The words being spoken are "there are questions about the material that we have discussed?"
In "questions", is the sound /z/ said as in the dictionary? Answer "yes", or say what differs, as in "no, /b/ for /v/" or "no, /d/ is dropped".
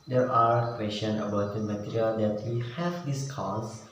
no, /z/ is dropped